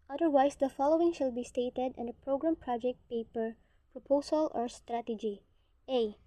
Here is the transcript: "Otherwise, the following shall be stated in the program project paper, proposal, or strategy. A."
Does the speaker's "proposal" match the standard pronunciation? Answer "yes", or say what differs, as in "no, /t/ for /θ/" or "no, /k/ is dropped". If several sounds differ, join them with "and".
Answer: no, /s/ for /z/